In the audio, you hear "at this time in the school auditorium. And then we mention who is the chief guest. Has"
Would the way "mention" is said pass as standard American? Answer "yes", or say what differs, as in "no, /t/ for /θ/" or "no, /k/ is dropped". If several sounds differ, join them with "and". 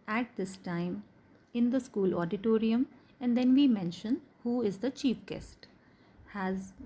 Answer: yes